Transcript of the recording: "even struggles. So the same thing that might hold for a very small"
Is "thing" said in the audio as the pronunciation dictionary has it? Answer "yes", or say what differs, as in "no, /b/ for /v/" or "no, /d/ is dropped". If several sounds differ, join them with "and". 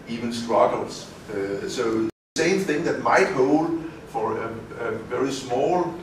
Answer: yes